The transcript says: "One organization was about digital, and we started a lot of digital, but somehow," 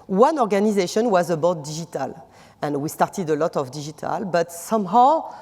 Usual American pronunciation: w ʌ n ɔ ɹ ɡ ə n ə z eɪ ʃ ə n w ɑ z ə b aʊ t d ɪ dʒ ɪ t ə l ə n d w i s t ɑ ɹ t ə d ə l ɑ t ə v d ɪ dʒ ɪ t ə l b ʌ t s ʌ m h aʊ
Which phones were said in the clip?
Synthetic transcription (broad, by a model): w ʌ n ɔ ɹ ɡ ə n ə z eɪ ʃ ə n w ɑ z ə b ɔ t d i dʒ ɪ t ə l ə n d w i s t ɑ ɹ t ə d ə l ɑ t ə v d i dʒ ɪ t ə l b ʌ t s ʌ m h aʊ